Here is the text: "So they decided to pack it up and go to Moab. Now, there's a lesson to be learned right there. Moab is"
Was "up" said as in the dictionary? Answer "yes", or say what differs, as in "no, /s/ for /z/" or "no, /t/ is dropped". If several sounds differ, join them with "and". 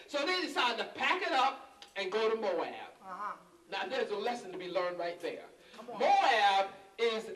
yes